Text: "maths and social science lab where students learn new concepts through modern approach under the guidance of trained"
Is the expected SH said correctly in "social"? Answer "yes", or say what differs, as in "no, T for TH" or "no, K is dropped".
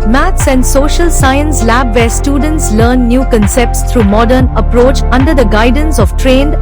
yes